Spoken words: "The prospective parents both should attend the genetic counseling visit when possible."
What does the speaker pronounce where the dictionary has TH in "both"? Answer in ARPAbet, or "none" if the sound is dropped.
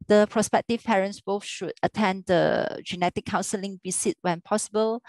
F